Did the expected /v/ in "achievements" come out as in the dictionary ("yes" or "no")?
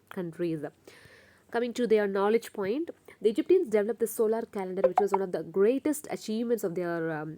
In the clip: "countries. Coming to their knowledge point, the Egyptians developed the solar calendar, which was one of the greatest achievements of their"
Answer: yes